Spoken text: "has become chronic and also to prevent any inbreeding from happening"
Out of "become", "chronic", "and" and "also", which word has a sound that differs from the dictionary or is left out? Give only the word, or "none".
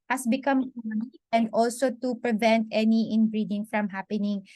chronic